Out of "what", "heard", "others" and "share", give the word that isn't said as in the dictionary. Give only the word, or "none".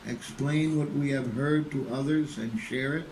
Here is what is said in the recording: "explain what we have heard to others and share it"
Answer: none